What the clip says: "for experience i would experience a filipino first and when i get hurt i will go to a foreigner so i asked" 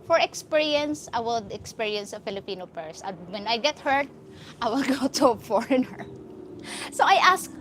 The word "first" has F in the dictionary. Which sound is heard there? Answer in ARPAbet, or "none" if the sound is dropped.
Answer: P